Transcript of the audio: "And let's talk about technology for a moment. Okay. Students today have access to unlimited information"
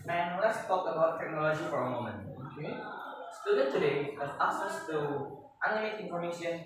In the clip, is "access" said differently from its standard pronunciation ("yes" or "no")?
yes